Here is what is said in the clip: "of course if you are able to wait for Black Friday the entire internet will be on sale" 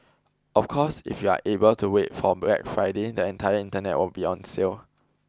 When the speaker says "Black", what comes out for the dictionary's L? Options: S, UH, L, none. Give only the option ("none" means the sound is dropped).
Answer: none